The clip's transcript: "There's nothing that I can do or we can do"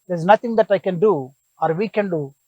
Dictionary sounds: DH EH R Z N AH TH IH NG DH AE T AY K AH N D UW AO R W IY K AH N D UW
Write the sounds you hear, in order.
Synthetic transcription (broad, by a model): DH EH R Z N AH T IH NG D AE T AY K AH N D UW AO R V IY K AH N D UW